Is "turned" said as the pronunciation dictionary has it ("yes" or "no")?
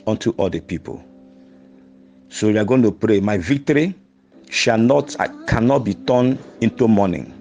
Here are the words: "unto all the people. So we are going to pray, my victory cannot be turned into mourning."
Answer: no